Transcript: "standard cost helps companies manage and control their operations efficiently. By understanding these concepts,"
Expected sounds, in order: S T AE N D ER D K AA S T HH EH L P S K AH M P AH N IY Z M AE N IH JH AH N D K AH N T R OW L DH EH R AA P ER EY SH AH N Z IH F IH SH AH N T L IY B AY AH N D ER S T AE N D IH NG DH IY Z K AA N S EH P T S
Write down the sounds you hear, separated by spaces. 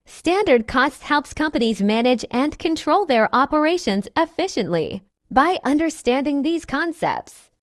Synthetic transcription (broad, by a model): S T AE N D ER D K AA S T HH EH L P S K AH M P AH N IY Z M AE N IH JH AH N K AH N T R OW L DH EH R AA P ER EY SH AH N Z IH F IH SH AH N T L IY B AY AH N D ER S T AE N D IH NG DH IY Z K AA N S EH P T S